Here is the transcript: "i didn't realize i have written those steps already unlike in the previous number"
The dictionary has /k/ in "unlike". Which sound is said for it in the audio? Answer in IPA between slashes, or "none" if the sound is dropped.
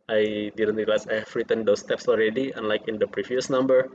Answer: /k/